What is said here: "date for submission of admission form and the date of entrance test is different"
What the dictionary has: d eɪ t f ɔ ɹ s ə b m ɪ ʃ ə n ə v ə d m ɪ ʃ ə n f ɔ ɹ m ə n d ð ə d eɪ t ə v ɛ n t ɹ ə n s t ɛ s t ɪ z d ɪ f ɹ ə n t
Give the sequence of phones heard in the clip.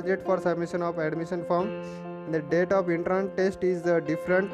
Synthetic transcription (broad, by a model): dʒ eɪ t f ɔ ɹ s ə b m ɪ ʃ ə n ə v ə d m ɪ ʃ ə n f ɹ ə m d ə d eɪ t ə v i n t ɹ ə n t t ɛ s t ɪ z d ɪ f ɹ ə n t